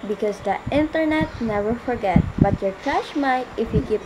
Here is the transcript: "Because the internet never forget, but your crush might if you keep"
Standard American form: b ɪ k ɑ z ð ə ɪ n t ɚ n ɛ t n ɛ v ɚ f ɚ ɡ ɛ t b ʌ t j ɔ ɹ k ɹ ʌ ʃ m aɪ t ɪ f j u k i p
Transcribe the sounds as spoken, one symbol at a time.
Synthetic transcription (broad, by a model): b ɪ k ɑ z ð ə ɪ n t ɚ n ɛ t n ɛ v ɚ f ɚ ɡ ɛ t b ʌ t j ɔ ɹ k ʌ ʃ m aɪ t ɪ f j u k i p